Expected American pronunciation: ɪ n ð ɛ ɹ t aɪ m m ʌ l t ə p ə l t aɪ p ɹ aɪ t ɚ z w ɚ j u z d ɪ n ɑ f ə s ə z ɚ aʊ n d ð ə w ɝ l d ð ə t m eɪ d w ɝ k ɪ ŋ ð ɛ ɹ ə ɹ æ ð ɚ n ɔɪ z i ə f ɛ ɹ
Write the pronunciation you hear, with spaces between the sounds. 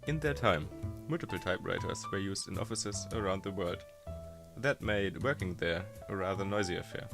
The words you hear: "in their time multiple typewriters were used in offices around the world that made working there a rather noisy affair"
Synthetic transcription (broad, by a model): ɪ n ð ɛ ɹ t aɪ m m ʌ l t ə p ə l t aɪ p ɹ aɪ t ɚ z w ɚ j u z d ɪ n ɑ f ə s ə z ɚ aʊ n d ð ə w ɝ l d ð ə t m eɪ d w ɝ k ɪ ŋ ð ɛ ɹ ə ɹ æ ð ɚ n ɔɪ z i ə f ɛ ɹ